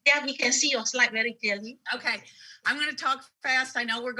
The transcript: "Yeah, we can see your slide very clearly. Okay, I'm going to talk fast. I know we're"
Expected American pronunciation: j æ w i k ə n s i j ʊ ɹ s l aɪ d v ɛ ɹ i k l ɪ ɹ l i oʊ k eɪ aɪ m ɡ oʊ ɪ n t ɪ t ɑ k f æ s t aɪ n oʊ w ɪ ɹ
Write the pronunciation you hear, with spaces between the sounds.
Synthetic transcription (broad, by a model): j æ w i k ə n s i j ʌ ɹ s l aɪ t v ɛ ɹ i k ɪ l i oʊ k eɪ aɪ m ɡ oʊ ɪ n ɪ t ɑ k f æ s t aɪ n oʊ w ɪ ɹ